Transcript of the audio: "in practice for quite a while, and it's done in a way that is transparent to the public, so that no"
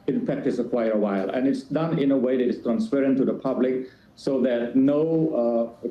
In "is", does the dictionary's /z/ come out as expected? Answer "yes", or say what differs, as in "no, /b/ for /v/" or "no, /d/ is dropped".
no, /s/ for /z/